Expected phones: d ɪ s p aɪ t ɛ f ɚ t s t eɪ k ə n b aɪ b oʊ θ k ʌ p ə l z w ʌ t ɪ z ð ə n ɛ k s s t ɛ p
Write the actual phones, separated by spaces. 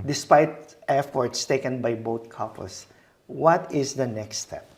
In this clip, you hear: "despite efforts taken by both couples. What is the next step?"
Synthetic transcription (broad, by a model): d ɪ s p aɪ t ɛ f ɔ t s t eɪ k ə n b aɪ b oʊ t k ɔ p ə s w ʌ t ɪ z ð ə n ɛ k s s t ɛ p